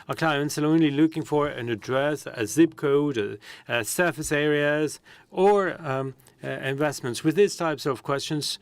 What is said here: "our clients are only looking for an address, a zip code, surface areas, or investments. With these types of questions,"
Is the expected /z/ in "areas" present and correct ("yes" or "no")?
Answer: yes